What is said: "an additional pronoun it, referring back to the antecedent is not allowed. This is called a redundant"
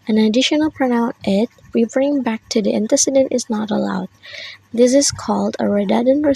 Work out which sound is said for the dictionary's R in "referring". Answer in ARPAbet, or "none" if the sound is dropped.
W